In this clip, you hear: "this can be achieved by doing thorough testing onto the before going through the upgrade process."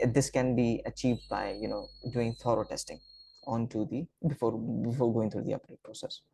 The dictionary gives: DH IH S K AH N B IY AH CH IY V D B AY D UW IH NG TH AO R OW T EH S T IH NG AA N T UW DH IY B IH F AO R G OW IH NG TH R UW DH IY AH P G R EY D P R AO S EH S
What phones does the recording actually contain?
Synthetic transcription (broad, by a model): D IH S K AH N B IY AH CH IY V D B AY D UW IH NG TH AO R OW T EH S T IH NG AA N T UW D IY B IH F AO R G OW IH NG T R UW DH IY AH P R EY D P R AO S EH S